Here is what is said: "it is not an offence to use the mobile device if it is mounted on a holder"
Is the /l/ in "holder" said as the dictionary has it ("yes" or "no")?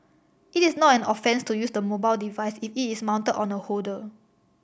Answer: no